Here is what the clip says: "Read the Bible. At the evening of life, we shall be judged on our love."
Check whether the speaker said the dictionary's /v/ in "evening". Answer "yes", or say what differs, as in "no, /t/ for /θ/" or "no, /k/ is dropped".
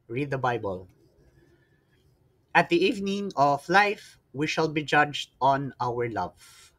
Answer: yes